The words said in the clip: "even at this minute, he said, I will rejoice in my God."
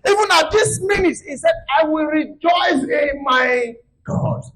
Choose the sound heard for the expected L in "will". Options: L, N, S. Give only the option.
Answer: L